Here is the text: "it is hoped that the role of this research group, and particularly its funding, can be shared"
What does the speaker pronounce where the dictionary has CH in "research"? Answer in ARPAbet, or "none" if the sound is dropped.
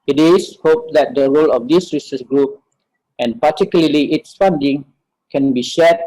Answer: S